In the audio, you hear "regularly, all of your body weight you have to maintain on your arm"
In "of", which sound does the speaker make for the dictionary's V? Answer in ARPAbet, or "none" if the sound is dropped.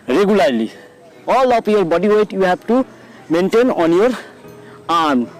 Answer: P